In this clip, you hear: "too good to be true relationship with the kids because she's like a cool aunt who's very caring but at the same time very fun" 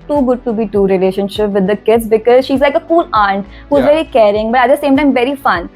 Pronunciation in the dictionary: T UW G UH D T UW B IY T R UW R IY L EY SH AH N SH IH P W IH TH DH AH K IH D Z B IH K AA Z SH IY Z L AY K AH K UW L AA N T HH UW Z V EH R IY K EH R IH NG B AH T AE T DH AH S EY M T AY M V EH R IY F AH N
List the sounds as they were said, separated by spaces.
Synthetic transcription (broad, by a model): T UW G UH D T UW B IY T UW R IY L EY SH AH N SH IH P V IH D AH K IH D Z B IH K AA Z SH IY Z L AY K AH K UW L AA N T HH UW Z V EH R IY K EH R IH NG B AH T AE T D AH S EY M T AY M V EH R IY F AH N